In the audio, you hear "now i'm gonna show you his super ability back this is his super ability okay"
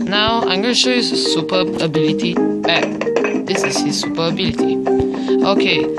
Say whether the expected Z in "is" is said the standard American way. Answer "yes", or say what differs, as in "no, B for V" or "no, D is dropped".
no, S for Z